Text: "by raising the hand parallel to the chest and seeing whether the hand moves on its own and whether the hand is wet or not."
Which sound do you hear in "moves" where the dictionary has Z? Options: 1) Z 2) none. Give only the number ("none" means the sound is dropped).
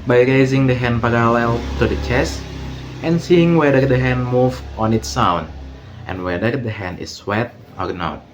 2